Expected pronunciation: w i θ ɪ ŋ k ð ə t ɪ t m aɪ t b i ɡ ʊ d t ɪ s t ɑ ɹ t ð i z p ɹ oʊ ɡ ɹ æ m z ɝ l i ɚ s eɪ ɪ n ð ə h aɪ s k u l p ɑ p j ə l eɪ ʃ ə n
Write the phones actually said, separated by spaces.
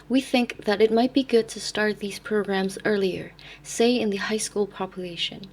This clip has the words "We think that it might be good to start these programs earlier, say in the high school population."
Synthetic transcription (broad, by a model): w i θ ɪ ŋ k ð ə t ɪ t m aɪ t b i ɡ ʊ d t ɪ s t ɑ ɹ t ð i z p ɹ oʊ ɡ ɹ æ m z ɝ l i ɚ s eɪ ɪ n ð ə h aɪ s k u l p ɑ p j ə l eɪ ʃ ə n